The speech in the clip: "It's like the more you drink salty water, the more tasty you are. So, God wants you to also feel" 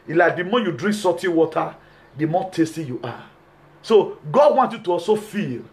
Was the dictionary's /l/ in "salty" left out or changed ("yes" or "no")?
yes